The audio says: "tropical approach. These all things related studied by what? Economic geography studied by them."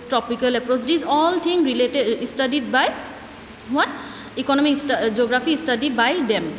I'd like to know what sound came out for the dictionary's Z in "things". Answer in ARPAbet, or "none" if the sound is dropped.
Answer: none